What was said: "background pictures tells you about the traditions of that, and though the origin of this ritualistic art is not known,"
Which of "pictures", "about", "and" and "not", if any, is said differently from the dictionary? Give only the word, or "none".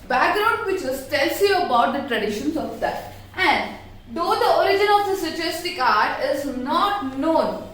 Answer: pictures